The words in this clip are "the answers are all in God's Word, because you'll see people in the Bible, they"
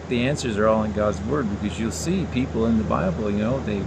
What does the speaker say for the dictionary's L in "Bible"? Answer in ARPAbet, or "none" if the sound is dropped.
N